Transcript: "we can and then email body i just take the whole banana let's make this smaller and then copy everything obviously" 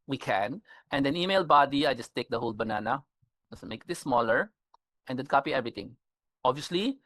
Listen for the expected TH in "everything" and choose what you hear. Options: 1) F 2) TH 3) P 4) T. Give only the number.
4